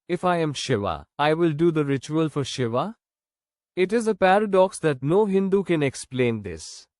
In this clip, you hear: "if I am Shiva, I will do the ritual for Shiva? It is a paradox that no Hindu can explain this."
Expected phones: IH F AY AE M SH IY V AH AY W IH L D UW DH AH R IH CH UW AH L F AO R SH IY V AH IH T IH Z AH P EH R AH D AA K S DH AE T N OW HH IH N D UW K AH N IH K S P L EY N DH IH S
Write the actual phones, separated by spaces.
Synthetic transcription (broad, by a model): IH F AY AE M SH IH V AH AY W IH L D UW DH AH R IH CH UW AH L F AO R SH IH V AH IH T IH Z AH P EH R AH D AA K S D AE T N OW HH IH N D UW K AH N IH K S P L EY N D IH S